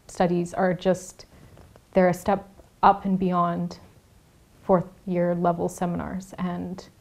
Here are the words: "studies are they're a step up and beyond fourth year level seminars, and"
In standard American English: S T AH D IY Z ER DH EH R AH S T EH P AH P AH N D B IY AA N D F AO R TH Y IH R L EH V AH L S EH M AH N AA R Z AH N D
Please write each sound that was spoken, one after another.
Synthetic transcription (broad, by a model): S T AH D IY Z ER DH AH R AH S T EH P AH P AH N B IY AA N D F AO R TH Y IH R L EH V L S EH M AH N AA R Z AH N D